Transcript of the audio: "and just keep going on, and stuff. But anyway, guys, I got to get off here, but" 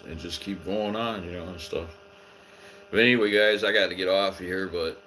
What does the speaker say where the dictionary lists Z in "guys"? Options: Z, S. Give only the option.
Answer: Z